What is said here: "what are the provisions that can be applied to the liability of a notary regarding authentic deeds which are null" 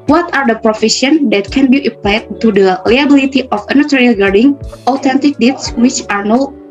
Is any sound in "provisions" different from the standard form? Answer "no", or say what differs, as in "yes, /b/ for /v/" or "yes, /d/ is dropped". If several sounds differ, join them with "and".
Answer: yes, /f/ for /v/ and /ʃ/ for /ʒ/